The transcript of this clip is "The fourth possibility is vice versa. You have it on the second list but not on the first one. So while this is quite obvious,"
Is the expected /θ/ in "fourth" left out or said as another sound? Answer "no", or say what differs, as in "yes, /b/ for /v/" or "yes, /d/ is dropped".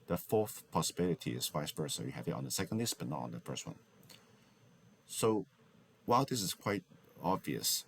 no